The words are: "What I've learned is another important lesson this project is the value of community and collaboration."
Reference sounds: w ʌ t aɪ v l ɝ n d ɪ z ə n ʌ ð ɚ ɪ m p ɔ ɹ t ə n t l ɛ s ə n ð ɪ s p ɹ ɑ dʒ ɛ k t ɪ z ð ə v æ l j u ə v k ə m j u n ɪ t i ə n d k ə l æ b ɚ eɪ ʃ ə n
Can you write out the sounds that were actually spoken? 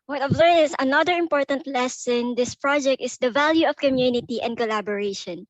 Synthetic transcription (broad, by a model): w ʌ t aɪ v l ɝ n ɪ s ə n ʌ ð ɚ ɪ m p ɔ ɹ t ə n t l ɛ s n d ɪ s p ɹ ɑ dʒ ɛ k t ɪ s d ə v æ l j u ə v k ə m j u n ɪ t i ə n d k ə l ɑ b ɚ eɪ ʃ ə n